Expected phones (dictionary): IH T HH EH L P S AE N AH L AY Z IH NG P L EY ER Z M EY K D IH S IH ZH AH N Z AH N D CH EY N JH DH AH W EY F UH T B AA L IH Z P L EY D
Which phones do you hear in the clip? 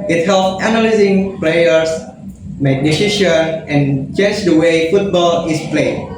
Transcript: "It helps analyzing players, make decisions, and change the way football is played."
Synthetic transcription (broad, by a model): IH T HH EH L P AE N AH L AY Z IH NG P L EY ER S M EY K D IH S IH SH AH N AH N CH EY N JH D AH W EY F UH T B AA L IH S P L EY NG